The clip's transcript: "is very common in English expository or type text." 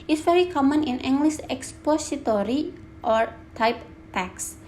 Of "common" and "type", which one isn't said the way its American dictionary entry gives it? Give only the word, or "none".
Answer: none